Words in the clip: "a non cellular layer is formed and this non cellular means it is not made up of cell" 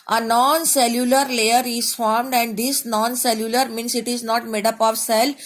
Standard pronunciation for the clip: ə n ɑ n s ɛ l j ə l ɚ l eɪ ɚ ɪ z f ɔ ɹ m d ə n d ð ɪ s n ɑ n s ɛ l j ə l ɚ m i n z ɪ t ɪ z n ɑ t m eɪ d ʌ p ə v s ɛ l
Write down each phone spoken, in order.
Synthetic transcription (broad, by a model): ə n ɑ n s ɛ l j ə l ɚ l eɪ ɚ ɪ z f ɔ ɹ m d ə n d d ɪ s n ɑ n s ɛ l j ə l ɚ m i n s ɪ t ɪ z n ɑ t m eɪ d ʌ p ə v s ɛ l